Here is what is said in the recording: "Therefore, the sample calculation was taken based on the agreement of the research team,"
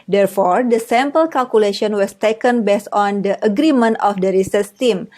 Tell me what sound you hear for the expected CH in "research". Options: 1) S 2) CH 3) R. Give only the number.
1